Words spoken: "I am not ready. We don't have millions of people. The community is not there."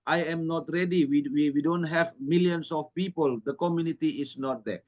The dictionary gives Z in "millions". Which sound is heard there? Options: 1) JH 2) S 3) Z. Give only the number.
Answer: 2